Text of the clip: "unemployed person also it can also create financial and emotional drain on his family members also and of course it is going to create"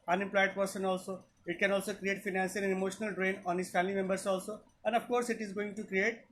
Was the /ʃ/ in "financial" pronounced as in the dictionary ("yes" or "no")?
no